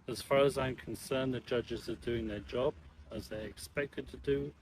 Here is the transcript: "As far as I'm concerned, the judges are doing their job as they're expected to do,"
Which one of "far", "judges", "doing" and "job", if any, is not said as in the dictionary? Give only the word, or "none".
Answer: none